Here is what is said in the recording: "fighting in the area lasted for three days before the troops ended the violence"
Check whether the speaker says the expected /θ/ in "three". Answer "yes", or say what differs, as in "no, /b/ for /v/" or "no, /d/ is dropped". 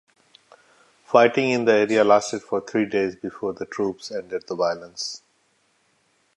no, /t/ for /θ/